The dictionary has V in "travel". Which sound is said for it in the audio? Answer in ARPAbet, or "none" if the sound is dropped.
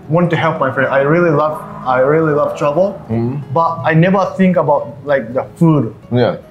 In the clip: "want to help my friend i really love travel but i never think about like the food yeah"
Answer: B